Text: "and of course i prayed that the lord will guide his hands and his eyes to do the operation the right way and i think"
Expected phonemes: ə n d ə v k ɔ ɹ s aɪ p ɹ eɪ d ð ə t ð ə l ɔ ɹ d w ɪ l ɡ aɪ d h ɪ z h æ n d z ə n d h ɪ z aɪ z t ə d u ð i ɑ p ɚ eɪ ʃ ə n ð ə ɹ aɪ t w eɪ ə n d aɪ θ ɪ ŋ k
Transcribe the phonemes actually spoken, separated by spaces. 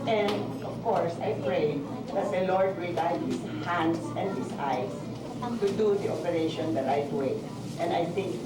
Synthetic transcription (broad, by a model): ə n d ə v k ɔ ɹ s aɪ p ɹ eɪ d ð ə t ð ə l ɔ ɹ d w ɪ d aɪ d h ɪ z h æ n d s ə n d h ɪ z aɪ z t ə d u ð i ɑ p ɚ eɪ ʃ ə n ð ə ɹ aɪ t w eɪ ə n d aɪ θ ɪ ŋ k